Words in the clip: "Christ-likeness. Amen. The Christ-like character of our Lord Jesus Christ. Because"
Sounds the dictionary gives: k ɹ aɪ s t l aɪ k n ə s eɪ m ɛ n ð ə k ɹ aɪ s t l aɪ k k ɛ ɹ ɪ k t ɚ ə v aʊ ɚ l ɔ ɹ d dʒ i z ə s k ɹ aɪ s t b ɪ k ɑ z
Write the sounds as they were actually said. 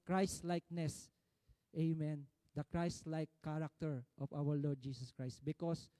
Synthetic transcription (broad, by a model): k ɹ aɪ s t l aɪ k n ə s eɪ m ɛ n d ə k ɹ aɪ s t l aɪ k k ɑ ɹ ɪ k t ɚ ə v aʊ ɚ l ɔ ɹ d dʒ i s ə s k ɹ aɪ s t b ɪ k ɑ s